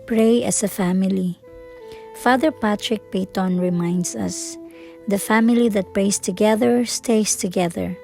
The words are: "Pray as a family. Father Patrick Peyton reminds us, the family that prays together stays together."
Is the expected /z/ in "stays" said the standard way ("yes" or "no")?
no